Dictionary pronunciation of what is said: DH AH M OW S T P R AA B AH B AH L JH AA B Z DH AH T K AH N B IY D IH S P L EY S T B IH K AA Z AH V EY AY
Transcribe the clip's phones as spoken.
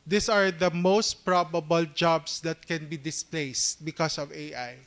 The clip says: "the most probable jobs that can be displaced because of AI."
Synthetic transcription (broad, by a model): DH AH M OW S T P R AA B AH B AH L JH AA B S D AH T K AH N B IY D IH S P L EY S T B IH K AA S AH V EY AY